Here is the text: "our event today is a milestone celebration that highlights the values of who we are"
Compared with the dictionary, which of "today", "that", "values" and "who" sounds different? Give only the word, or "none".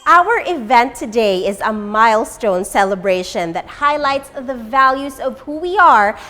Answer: none